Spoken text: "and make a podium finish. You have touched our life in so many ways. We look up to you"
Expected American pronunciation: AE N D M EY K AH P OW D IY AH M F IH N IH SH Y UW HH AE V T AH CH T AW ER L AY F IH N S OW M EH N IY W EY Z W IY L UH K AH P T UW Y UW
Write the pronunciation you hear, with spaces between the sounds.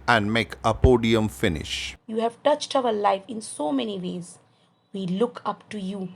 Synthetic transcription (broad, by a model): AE N D M EY K AH P OW D IY AH M F IH N IH SH Y UW HH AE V T AH CH T AW ER L AY F IH N S OW M EH N IY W EY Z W IY L UH K AH P T UW Y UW